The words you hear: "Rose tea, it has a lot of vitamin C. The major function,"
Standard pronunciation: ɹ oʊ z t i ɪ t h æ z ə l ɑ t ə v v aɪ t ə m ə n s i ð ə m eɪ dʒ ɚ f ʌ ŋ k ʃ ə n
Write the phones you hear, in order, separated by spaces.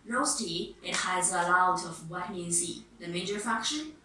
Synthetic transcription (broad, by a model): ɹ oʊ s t i ɪ t h æ z ə l ɑ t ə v w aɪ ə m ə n s i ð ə m eɪ dʒ ɚ f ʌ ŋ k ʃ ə n